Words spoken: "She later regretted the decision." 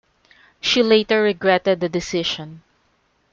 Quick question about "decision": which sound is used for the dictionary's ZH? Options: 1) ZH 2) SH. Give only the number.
2